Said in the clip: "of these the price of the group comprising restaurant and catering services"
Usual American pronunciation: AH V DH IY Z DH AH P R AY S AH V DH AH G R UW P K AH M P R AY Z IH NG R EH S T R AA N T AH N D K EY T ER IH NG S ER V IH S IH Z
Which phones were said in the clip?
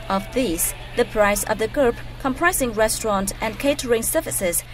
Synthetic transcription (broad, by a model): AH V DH IY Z DH AH P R AY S AH V DH AH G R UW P K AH M P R AY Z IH NG R EH S T R AA N T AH N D K EY T ER IH NG S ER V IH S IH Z